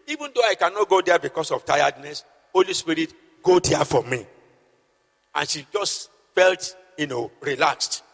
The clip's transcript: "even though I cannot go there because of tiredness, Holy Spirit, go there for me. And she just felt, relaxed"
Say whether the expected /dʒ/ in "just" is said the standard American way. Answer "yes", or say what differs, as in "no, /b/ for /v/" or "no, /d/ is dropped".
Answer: yes